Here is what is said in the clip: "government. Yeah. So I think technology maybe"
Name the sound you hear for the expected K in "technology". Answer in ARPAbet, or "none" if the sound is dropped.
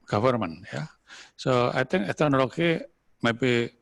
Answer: none